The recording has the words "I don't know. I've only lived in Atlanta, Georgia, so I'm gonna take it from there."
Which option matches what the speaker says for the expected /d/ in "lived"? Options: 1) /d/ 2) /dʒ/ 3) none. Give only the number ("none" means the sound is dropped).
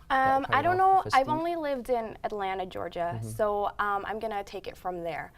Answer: 1